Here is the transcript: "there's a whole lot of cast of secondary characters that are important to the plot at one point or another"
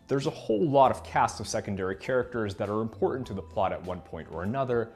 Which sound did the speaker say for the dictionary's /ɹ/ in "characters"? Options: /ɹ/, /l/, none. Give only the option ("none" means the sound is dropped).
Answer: /ɹ/